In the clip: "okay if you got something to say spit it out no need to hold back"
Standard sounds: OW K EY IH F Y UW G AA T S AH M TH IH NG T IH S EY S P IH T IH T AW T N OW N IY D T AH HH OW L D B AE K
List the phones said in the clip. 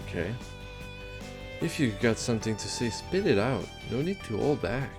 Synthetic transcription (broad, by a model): K EY IH F Y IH G AA T S AH M TH IH NG T IH S EY S P IH T IH T AW T N OW N IY D T AH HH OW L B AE K